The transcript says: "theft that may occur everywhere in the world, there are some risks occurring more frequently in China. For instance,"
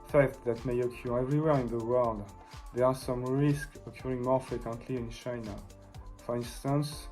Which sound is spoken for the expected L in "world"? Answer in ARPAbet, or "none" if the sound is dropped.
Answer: L